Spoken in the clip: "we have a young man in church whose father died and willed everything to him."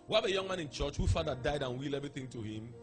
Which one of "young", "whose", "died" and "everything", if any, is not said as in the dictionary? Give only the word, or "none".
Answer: whose